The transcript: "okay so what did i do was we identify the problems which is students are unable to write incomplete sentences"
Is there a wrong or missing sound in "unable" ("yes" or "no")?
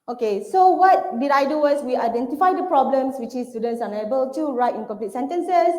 yes